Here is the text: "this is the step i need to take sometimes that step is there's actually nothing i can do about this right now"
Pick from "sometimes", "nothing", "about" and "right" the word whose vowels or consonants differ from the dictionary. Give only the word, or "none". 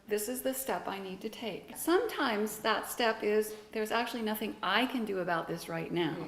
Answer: none